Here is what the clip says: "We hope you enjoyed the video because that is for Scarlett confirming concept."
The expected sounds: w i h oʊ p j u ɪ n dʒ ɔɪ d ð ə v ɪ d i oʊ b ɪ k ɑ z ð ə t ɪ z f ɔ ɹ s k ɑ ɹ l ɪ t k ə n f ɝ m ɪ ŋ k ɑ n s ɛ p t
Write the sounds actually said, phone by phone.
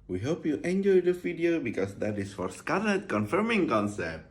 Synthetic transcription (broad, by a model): w i h oʊ p j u ɪ n dʒ ɔɪ d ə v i d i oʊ b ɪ k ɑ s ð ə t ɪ s f ɔ ɹ s k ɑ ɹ ɪ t k ə n f ɝ m ɪ ŋ k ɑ n s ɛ p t